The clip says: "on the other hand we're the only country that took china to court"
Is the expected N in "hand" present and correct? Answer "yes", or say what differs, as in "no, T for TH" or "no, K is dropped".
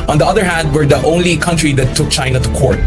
yes